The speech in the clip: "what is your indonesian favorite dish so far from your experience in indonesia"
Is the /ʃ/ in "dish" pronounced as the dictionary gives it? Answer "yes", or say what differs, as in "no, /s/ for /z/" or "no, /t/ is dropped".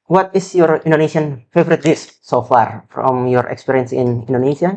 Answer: no, /s/ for /ʃ/